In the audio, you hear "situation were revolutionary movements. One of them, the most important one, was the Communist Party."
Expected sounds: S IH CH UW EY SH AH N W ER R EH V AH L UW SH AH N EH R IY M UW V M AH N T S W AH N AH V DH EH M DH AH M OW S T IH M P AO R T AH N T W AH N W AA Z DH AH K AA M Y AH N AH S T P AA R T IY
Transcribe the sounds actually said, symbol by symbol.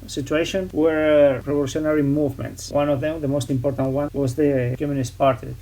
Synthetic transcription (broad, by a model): S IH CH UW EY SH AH N W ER R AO P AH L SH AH N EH R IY M UW V M AH N T S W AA N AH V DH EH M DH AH M OW S T IH M P AO R T AH N T W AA N W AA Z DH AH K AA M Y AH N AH S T P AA R T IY